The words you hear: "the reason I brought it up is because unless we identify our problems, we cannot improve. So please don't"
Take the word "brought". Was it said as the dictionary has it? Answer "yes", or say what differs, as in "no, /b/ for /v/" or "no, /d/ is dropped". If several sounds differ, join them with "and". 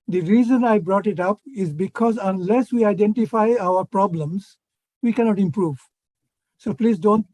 yes